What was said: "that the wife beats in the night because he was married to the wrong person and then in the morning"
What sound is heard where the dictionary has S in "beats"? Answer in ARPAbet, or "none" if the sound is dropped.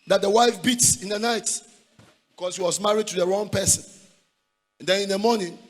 S